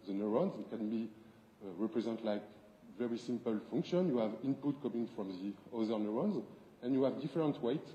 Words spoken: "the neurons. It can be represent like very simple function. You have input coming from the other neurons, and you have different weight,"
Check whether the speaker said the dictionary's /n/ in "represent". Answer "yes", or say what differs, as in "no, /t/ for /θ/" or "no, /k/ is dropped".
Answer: yes